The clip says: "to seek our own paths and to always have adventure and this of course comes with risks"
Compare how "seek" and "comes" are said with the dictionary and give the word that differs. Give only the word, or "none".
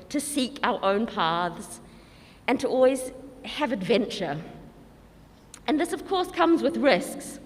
none